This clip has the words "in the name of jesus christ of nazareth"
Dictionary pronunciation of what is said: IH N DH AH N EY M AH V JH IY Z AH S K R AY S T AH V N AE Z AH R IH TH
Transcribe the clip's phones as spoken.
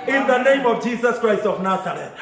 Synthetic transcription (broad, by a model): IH N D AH N EY M AH V JH IY S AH S K R AY S T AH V N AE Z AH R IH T